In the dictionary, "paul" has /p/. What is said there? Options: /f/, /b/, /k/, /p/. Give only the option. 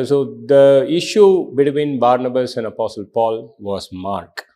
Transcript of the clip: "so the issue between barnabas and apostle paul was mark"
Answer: /p/